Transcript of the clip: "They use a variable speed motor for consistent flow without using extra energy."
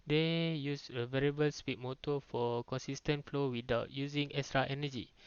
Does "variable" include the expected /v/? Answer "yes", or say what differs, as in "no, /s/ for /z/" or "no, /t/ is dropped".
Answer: yes